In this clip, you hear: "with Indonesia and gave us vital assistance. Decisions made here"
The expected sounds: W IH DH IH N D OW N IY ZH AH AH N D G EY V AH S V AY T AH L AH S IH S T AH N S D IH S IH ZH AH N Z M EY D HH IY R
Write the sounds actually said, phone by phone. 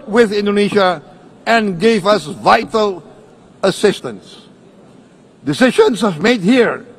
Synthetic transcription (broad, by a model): W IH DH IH N D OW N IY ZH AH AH N G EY V AH S V AY T AH L AH S IH S T AH N S D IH S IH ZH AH N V M EY D HH IY R